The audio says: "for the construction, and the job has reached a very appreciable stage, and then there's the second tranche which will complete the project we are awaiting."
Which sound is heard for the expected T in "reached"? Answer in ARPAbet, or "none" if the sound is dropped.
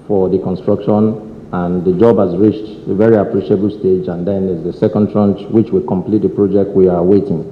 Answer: T